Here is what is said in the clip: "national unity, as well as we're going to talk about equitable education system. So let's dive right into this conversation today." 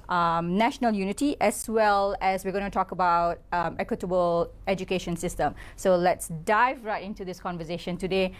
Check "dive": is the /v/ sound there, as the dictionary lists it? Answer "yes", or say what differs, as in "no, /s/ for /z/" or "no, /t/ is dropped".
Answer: yes